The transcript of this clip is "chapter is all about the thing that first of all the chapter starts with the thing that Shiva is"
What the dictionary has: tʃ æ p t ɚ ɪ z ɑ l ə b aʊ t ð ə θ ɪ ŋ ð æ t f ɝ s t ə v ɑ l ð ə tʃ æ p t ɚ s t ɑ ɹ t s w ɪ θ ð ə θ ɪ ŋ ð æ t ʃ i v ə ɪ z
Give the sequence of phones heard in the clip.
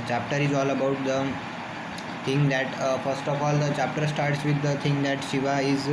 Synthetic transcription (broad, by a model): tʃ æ p t ɚ ɪ z ɑ l ə b aʊ t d ə t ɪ ŋ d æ t f ɝ s t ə f ɑ l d ə tʃ æ p t ɚ s t ɑ ɹ t s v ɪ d ə t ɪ ŋ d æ t ʃ i v ə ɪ z